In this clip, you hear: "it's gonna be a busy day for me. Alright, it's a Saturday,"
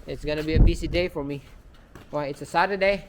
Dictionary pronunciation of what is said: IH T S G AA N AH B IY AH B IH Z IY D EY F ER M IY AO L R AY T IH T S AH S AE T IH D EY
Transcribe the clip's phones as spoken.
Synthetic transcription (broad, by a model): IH T S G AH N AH B IY AH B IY S IY D EY F ER M IY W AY IH T S AH S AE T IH D EY